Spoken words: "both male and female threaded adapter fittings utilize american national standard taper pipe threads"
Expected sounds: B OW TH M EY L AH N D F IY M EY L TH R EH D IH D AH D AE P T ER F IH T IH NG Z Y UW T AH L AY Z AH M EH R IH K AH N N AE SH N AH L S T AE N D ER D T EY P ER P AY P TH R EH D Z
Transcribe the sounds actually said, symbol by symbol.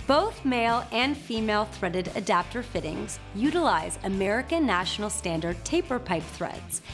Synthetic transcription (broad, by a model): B OW TH M EY L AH N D F IY M EY L TH R EH D IH D AH D AE P T ER F IH T IH NG Z Y UW T AH L AY Z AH M EH R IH K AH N N AE SH N L S T AE N D ER D T EY P ER P AY P TH R EH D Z